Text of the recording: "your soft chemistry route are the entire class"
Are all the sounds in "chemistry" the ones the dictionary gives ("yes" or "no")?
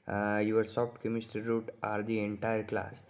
no